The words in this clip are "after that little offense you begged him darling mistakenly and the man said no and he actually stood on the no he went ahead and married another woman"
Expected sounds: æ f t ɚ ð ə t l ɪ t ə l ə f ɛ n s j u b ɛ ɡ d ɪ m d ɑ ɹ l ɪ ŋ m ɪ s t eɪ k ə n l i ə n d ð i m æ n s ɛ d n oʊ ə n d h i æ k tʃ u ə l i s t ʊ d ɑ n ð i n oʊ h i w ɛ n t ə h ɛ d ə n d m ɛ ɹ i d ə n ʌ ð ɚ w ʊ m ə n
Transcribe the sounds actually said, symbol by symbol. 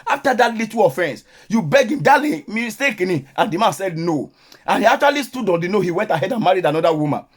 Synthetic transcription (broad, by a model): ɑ f t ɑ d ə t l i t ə ə f ɛ n s j u b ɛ ɡ ɪ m d ɑ l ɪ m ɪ s t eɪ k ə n i ə n d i m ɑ n s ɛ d n oʊ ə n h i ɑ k tʃ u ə l i s t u d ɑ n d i n oʊ h i w ɛ n t ə h ɛ d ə n m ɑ ɹ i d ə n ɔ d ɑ w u m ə n